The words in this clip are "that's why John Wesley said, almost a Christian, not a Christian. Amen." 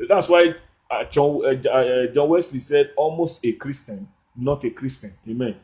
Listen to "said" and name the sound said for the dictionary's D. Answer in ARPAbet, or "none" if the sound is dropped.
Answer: D